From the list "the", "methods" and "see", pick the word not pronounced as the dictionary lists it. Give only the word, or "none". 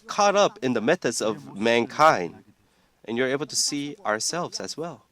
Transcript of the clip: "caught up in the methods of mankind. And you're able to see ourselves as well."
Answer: none